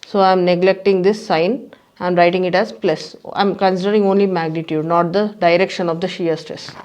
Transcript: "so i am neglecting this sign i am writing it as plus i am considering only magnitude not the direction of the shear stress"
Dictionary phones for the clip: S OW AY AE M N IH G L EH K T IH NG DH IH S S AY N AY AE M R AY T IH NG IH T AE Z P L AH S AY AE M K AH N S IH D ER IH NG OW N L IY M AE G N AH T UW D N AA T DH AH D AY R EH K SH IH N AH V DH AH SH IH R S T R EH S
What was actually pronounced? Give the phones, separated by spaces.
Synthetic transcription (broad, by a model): S OW AY M N IH G L EH K T IH NG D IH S S AY N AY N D R AY T IH NG IH T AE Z P L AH S AY M K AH N S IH D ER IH NG OW N L IY M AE G N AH T UW D N AA T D AH D AY R EH K SH IH N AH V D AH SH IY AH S T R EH S